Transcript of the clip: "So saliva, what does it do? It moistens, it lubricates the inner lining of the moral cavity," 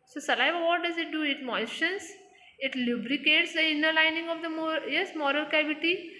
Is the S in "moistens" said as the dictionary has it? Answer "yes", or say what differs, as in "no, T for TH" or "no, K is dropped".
no, SH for S